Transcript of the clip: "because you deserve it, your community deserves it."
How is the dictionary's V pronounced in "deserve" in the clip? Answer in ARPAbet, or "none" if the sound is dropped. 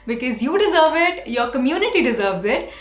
V